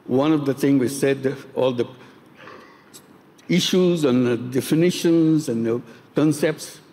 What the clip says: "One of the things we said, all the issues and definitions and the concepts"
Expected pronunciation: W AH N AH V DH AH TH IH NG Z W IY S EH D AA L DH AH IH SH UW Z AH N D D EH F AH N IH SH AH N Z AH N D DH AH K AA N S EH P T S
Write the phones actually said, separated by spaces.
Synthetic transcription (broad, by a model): W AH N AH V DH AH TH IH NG W IY S EH D AA L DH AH IH SH UW Z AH N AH D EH F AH N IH SH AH N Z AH N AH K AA N S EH P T S